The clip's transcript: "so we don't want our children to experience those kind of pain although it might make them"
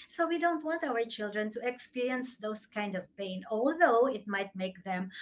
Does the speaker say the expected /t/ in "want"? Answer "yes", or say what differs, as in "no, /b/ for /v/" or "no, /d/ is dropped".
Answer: yes